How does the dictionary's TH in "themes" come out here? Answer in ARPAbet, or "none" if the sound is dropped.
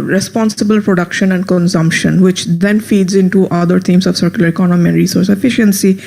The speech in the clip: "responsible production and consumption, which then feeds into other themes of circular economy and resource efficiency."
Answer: T